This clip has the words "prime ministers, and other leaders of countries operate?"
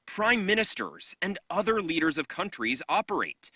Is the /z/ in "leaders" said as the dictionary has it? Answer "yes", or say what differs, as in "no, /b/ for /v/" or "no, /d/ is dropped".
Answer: yes